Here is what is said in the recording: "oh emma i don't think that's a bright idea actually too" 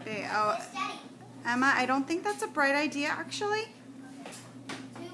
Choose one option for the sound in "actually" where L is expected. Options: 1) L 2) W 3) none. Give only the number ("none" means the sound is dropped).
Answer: 3